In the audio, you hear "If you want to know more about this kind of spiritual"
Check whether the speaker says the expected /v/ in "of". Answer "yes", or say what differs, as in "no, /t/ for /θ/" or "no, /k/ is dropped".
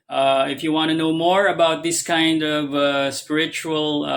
yes